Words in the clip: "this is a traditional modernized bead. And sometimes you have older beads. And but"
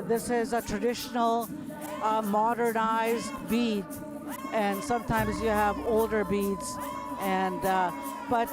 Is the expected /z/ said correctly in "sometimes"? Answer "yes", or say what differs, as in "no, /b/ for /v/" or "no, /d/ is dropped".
yes